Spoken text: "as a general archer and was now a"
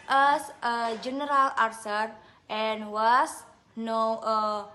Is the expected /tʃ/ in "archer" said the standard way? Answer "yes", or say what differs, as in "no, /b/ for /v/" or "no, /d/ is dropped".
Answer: no, /s/ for /tʃ/